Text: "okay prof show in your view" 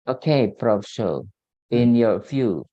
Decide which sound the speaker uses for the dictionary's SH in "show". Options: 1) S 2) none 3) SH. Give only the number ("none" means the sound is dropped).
1